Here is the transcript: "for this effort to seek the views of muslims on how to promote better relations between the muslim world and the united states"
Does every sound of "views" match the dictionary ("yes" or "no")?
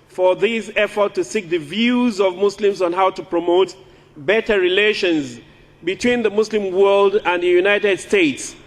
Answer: yes